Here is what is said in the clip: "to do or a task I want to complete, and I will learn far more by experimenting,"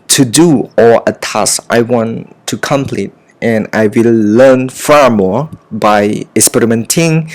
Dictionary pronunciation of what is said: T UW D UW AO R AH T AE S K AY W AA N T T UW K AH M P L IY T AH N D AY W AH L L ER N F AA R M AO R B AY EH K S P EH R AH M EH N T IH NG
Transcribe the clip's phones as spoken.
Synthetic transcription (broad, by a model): T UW D UW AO L AH T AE S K AY W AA N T T UW K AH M P L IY T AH N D AY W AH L L ER N F AA R M AO R B AY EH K S P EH R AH M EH N T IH NG